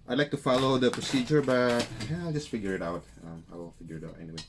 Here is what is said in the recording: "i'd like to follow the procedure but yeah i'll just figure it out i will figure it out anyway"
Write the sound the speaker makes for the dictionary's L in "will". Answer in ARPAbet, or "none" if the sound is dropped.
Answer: W